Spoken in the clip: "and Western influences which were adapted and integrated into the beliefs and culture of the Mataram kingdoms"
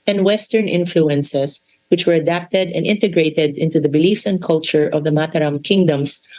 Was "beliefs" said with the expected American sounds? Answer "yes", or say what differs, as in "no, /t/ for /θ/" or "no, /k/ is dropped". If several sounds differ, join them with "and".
yes